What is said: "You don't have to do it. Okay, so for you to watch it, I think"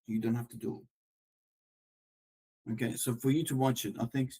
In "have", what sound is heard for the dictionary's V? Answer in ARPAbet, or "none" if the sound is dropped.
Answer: F